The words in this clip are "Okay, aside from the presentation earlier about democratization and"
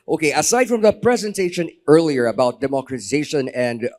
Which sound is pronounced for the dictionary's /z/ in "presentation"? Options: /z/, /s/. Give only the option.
/z/